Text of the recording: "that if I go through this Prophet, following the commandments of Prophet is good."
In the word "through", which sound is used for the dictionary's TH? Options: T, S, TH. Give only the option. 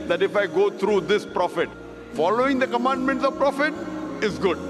T